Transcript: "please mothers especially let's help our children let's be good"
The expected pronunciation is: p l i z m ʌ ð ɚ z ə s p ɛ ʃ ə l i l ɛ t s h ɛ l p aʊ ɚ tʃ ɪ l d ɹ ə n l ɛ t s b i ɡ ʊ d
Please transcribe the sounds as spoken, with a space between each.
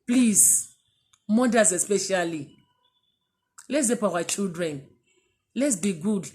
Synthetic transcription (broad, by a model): p l i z m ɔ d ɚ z ə s p ɛ ʃ ə l i l ɛ t s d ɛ p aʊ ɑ tʃ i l d ɹ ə n l ɛ t s b i ɡ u d